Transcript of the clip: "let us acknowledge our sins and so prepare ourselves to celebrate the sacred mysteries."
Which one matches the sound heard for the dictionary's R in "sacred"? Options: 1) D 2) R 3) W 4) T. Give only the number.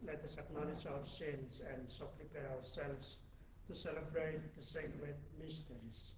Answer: 3